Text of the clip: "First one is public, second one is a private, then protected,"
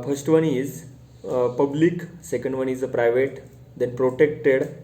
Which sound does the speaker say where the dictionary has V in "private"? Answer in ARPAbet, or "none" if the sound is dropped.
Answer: V